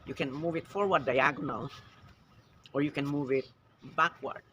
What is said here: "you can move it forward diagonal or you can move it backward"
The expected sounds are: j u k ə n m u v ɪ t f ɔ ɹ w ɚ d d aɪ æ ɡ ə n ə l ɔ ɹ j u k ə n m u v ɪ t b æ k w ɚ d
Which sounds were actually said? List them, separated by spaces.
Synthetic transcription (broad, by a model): j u k ə n m u v ɪ t f ɔ ɹ w ɚ d d aɪ æ ɡ ə n ə l ɔ ɹ j u k ə n m u v ɪ t b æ k w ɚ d